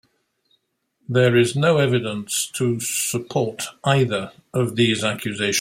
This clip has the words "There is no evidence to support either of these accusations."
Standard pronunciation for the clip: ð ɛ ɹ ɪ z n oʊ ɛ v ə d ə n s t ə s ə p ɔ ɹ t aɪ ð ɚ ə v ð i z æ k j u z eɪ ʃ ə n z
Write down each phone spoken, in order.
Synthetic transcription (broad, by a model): ð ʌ ɹ ɪ z n oʊ ɛ v ə d ə n s t ə s ə p ɔ ɹ t aɪ ð ɚ ə v ð i z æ k j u z eɪ ə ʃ